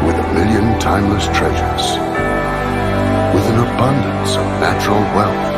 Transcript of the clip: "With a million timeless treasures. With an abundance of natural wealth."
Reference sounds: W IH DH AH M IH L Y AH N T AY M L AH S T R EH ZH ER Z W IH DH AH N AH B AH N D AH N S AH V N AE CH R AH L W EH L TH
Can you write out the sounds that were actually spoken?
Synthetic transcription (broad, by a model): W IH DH AH M IH L Y AH N T AY M L AH S T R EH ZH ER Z W IH DH AH N AH B AH N D AH N S AH V N AE CH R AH L W EH L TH